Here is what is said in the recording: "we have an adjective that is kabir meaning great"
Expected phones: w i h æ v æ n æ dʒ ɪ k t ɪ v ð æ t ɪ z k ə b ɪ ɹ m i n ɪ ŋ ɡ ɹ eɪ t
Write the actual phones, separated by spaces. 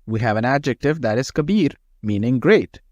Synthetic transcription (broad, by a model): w i h æ v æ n æ dʒ ɪ k t ɪ v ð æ t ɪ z k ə b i ɹ m i n ɪ ŋ ɡ ɹ eɪ t